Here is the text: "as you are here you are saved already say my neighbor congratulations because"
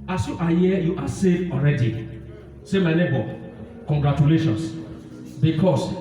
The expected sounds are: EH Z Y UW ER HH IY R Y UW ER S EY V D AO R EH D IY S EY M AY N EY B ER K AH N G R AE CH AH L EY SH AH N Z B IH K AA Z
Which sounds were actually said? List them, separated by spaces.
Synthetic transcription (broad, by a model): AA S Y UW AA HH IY Y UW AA S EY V AO R EH D IY S EY M AY N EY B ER K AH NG G R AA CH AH L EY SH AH N S B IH K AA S